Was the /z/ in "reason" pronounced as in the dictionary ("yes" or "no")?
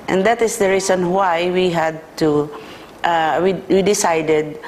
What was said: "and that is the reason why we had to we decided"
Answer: no